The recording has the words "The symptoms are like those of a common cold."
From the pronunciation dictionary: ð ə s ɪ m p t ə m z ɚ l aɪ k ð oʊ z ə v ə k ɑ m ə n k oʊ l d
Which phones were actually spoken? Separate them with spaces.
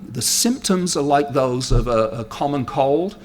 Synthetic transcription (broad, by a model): ð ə s ɪ m p t ə m z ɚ l aɪ k ð oʊ z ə v ə k ɑ m ə n k oʊ l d